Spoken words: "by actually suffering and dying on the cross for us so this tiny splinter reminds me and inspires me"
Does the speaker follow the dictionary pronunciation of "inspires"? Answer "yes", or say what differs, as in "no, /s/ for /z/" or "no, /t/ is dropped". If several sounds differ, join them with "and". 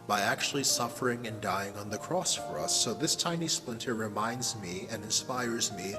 yes